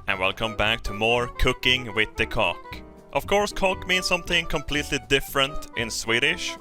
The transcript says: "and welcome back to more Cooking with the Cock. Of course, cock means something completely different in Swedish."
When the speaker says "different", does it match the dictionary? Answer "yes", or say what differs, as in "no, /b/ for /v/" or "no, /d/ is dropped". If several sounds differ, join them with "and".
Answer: yes